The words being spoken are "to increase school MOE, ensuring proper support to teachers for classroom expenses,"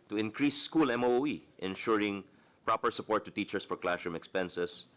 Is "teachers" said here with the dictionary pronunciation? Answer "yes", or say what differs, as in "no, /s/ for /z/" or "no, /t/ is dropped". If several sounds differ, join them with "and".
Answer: no, /s/ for /z/